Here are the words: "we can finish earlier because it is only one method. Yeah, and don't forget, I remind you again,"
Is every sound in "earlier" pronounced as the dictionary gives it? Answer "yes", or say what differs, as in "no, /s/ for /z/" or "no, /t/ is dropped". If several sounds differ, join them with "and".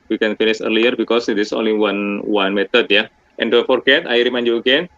yes